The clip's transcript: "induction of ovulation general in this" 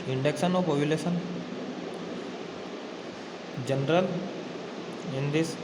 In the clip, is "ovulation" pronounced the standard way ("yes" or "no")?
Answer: no